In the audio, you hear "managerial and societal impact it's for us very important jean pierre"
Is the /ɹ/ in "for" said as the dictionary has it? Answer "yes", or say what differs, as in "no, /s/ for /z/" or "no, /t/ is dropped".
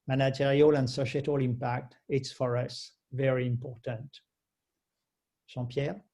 yes